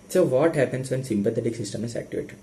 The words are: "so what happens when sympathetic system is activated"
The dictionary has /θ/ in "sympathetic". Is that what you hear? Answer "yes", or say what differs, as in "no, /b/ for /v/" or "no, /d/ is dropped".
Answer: no, /t/ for /θ/